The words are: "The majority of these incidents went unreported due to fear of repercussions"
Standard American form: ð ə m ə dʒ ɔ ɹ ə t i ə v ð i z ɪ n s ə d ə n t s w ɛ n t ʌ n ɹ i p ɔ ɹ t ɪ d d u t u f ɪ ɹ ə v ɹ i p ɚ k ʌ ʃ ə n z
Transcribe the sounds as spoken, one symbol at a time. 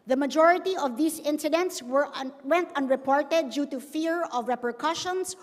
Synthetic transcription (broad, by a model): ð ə m ə dʒ ɔ ɹ ə t i ə v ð i s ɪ n s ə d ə n t s w ɛ n t ʌ n ɹ i p ɔ ɹ t ɪ d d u t u f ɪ ɹ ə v ɹ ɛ p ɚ k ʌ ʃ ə n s